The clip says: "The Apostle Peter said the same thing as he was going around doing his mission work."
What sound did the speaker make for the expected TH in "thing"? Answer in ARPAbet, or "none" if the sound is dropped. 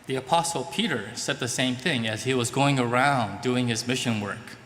TH